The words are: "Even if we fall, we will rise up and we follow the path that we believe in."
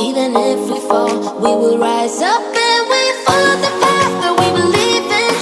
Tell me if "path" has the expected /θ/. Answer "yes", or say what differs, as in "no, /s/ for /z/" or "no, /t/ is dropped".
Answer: no, /s/ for /θ/